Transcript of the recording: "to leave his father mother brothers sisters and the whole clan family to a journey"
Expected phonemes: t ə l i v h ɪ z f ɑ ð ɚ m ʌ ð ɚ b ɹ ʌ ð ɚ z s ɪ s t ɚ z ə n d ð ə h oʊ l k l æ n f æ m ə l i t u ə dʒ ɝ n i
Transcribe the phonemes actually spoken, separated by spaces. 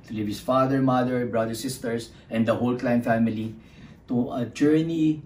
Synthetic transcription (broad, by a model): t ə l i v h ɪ s f ɑ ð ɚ m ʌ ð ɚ b ɹ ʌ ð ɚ s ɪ s t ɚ s ə n d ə h oʊ l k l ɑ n f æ m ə l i t u ə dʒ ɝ n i